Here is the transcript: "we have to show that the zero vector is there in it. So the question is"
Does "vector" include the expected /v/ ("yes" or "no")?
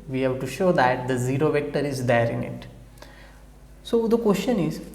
yes